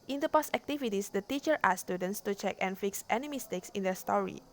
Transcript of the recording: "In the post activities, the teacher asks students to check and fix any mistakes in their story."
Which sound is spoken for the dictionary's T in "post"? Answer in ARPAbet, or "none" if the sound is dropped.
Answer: none